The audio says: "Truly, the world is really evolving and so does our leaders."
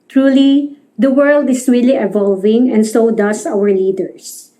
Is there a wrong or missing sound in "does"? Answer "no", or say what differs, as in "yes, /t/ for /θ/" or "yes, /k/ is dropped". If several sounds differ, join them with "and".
yes, /s/ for /z/